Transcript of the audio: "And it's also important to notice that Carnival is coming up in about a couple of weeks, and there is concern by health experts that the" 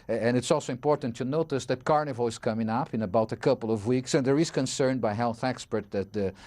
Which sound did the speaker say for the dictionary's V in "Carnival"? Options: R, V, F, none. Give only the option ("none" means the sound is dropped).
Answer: V